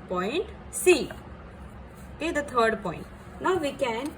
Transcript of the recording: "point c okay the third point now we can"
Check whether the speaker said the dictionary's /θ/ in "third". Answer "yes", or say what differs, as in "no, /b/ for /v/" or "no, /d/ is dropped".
no, /t/ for /θ/